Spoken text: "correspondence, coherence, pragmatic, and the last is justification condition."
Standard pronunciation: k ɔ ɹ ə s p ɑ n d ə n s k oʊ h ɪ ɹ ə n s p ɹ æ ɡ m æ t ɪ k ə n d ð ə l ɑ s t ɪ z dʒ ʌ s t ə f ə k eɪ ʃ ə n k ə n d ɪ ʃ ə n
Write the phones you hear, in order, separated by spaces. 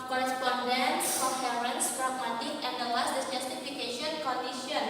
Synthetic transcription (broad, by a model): k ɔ ɹ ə s p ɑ n d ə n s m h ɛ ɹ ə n s f ɹ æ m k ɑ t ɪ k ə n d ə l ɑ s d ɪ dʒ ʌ s t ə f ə k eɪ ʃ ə n k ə n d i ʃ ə n